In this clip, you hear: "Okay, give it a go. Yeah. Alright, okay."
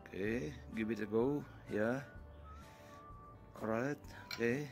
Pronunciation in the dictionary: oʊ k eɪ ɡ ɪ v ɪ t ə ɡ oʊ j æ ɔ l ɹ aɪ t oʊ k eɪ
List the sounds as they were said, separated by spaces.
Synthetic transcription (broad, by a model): k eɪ ɡ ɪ b ɪ t ə ɡ oʊ j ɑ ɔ ɹ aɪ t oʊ k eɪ